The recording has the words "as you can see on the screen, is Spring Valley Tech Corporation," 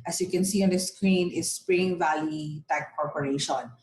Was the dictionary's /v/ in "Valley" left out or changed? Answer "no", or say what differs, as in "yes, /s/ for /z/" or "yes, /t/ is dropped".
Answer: no